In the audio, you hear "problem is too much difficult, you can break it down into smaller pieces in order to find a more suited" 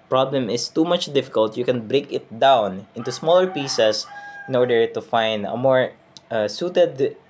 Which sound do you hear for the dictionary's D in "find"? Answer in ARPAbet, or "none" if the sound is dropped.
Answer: D